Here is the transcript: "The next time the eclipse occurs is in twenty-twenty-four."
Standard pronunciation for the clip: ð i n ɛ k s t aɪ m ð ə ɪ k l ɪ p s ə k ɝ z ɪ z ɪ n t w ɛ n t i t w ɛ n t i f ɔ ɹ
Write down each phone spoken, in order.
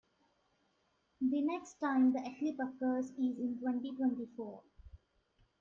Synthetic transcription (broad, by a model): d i n ɛ k s t aɪ m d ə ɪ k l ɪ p ə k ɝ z ɪ z ɪ n t w ɛ n t i t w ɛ n t i f ɔ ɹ